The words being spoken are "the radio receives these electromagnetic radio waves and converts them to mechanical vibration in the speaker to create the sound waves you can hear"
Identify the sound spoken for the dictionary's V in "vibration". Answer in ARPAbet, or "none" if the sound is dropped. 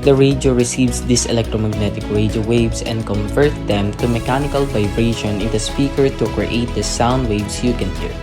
V